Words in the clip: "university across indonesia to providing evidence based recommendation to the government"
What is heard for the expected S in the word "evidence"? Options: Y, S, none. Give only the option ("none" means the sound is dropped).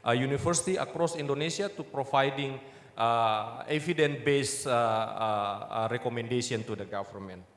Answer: none